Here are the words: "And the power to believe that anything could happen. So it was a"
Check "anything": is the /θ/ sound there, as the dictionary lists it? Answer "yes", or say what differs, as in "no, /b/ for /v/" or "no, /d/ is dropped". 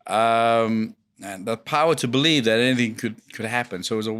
yes